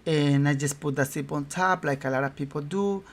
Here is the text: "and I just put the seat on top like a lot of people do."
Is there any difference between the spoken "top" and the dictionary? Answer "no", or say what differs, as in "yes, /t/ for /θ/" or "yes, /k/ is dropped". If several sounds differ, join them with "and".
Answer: yes, /s/ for /t/